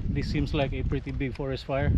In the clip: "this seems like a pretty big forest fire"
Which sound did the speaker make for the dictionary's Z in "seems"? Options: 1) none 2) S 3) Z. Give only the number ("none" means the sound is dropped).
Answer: 2